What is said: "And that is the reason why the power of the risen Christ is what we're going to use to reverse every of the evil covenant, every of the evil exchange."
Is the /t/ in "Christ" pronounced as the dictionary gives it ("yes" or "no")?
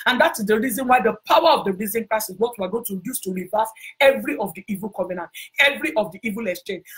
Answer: no